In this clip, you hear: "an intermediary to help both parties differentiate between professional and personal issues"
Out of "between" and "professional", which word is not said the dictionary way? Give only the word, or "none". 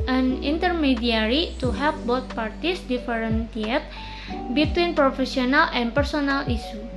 professional